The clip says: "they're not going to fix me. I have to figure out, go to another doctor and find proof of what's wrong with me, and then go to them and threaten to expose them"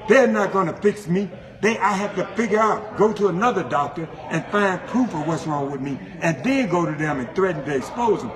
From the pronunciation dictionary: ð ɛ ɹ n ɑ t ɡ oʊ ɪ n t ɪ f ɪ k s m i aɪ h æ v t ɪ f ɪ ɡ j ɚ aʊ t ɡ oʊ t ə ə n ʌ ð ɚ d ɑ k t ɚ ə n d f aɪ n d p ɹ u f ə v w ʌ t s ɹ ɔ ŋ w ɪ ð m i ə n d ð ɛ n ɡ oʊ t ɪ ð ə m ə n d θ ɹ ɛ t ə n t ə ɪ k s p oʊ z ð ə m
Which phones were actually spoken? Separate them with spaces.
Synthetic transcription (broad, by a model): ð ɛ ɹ n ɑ t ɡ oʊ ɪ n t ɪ f ɪ k s m i aɪ h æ f t ɪ f ɪ ɡ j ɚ aʊ t ɡ oʊ t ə ə n ʌ ð ɚ d ɑ k t ɚ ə n f aɪ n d p ɹ u f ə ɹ w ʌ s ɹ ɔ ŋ w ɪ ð m i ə n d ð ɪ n ɡ oʊ t ɪ ð ə m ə n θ ɹ ɛ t n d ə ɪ s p oʊ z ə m